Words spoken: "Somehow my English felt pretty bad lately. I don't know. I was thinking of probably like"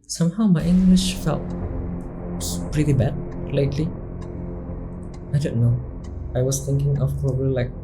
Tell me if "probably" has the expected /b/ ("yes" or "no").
no